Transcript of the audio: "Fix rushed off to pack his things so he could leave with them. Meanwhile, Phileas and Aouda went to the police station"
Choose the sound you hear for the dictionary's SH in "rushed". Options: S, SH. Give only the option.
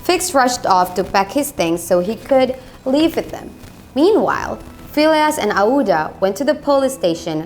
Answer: SH